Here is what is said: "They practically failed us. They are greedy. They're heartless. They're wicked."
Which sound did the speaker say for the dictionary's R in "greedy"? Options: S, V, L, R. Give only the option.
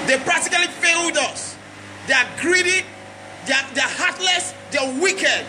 R